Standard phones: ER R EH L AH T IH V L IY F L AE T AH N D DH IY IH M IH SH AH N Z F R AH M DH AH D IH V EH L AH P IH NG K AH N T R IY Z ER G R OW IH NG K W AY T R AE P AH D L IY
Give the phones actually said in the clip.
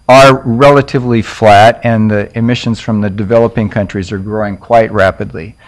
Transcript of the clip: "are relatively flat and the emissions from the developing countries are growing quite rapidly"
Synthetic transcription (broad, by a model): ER R EH L AH T IH V L IY F L AE T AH N DH IY IH M IH SH AH N Z F R AH M DH AH D IH V EH L AH P IH NG K AH N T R IY Z ER G R OW IH NG K W AY T R AE P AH D L IY